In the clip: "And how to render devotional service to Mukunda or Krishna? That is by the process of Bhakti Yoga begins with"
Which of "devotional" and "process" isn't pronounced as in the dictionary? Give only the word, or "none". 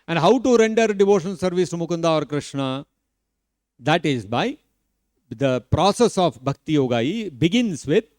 devotional